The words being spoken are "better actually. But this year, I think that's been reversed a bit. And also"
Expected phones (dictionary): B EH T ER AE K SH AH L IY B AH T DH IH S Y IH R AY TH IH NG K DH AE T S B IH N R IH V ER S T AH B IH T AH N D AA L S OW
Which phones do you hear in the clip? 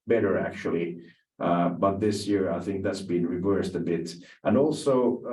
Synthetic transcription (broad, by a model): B EH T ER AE K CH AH L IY B AH T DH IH S Y IH R AY TH IH NG K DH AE T S B IH N R IH V ER S T AH B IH T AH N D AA L S OW